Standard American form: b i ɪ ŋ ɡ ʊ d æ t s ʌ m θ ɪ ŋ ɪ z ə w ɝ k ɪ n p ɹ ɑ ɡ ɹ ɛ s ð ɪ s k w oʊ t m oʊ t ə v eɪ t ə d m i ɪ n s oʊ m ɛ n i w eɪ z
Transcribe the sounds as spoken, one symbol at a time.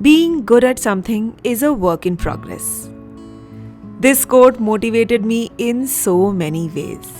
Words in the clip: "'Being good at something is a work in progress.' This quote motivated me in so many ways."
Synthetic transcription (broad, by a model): b i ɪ ŋ ɡ ʊ d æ t s ʌ m t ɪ ŋ ɪ z ə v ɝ k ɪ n p ɹ ɑ ɡ ɹ ɛ s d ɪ s k oʊ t m oʊ t ə v eɪ t ə d m i ɪ n s oʊ m ɛ n i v eɪ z